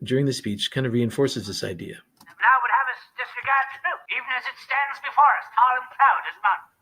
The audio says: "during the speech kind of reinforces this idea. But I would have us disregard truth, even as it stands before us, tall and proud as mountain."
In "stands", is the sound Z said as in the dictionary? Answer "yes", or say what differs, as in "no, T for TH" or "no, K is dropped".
yes